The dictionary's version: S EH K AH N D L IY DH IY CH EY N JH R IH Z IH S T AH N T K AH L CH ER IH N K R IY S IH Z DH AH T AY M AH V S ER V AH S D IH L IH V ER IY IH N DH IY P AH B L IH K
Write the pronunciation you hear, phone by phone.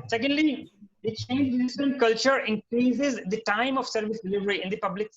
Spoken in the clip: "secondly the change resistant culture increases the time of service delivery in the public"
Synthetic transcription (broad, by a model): S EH K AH N D L IY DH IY CH EY N JH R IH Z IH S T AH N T K AH L CH ER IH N K R IY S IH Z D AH T AY M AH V S ER V AH S D IH L IH V ER IY IH N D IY P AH B L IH K